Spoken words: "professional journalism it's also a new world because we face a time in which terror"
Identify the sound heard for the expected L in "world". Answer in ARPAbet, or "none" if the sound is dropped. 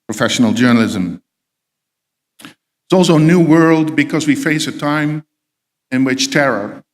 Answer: L